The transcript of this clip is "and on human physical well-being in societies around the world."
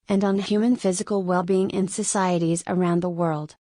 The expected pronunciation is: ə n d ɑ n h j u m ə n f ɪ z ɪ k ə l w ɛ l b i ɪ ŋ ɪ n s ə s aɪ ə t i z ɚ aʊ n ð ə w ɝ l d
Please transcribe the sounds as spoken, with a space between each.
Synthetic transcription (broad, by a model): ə n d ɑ n h j u m ə n f ɪ z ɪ k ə l w ɛ l b i ɪ ŋ ɪ n s ə s aɪ ə t i z ɚ aʊ n ð ə w ɝ l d